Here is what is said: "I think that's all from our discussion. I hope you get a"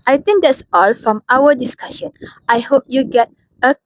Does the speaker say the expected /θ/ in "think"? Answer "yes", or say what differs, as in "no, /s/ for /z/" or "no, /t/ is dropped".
no, /t/ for /θ/